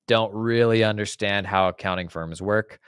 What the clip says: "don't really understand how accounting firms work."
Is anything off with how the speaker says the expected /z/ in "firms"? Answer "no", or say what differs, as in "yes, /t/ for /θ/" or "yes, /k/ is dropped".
no